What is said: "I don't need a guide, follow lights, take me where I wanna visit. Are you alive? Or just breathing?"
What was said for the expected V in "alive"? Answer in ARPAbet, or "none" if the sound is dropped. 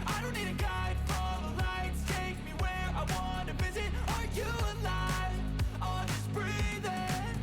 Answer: none